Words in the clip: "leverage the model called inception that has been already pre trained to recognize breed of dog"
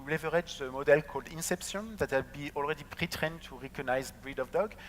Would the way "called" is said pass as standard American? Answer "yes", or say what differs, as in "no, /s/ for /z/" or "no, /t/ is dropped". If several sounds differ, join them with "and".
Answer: yes